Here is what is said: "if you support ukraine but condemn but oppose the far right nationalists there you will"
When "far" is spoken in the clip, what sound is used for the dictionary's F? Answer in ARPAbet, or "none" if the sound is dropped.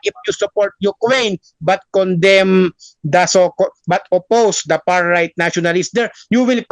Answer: P